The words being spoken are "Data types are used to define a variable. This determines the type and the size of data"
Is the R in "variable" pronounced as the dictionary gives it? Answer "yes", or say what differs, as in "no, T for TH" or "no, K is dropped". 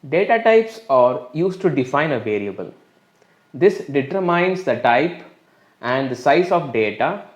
no, L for R